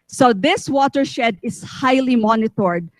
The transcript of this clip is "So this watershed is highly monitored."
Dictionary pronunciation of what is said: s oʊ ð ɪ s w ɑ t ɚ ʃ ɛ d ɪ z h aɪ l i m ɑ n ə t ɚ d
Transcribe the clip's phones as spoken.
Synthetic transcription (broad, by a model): s oʊ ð ɪ s w ɑ t ɚ ʃ ɛ d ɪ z h aɪ l i m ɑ n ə t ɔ d